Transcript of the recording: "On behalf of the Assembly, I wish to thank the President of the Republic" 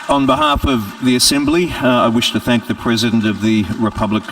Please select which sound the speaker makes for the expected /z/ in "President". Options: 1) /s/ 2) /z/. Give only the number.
2